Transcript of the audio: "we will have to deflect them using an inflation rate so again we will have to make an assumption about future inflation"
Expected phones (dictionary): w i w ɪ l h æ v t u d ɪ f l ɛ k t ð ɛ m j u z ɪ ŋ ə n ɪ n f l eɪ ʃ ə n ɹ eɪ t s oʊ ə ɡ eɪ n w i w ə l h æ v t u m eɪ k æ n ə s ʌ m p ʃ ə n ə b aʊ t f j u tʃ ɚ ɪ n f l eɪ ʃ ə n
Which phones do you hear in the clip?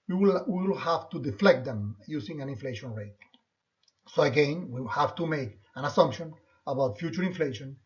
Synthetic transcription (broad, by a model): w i w ɪ l h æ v t u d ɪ f l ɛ k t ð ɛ m j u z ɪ ŋ ə n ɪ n f l eɪ ʃ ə n ɹ eɪ t s oʊ ə ɡ eɪ n w i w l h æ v t u m eɪ k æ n ə s ʌ m p ʃ ə n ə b aʊ t f j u tʃ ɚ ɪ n f l eɪ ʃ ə n